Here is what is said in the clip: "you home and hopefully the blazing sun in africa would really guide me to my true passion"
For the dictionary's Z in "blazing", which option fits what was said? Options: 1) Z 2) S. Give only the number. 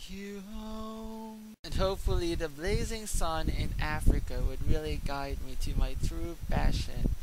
1